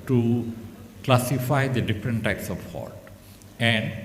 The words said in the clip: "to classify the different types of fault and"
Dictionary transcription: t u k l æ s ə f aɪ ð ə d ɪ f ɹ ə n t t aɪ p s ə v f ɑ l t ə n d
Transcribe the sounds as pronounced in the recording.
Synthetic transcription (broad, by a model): t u k l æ s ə f aɪ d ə d ɪ f ɹ ə n t t aɪ p s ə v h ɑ t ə n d